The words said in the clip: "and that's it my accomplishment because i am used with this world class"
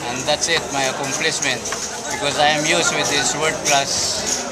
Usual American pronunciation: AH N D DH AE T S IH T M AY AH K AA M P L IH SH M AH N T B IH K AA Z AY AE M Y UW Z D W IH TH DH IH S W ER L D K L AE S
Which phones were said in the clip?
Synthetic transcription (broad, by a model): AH N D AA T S IH T M AY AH K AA M P L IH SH M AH N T B IH K AA Z AY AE M Y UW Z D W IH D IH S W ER D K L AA S